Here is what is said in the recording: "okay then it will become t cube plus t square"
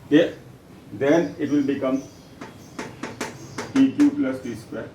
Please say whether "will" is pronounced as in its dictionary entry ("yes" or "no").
yes